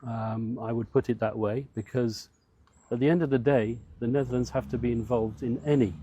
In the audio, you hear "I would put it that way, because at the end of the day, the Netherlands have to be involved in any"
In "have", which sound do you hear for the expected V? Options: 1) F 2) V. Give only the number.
1